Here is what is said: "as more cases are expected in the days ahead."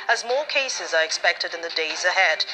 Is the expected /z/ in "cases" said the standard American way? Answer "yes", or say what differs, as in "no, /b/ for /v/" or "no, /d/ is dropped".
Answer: yes